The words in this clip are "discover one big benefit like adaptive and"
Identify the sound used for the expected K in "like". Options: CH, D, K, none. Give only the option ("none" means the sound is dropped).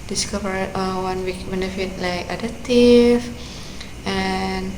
K